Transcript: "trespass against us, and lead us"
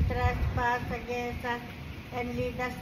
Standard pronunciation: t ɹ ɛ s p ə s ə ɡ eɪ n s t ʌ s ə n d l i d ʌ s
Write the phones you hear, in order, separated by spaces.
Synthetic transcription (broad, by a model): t ɹ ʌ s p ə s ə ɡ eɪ s ʌ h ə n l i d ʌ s